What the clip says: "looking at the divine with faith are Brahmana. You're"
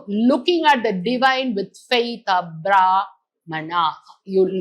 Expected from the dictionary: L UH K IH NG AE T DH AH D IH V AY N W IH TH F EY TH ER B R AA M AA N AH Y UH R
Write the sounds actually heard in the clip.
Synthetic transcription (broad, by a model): L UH K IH NG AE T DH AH D IH V AY N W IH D F EY T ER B R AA M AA N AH Y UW